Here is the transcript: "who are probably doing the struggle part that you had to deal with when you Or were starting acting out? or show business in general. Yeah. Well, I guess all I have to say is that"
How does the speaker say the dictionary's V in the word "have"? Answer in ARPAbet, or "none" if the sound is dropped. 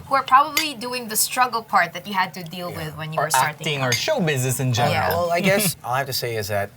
F